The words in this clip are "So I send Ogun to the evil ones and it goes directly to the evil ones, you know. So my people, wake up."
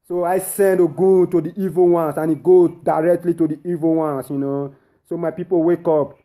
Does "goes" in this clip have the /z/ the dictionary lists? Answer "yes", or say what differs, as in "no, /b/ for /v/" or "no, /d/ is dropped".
no, /z/ is dropped